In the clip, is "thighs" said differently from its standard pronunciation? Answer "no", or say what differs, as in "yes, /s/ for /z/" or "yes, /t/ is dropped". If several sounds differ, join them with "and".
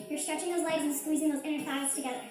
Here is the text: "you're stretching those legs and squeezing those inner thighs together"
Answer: yes, /f/ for /θ/ and /s/ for /z/